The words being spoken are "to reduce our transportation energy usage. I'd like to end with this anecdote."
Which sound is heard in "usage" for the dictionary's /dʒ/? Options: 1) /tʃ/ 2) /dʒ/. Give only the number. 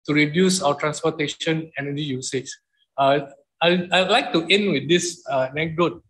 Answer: 1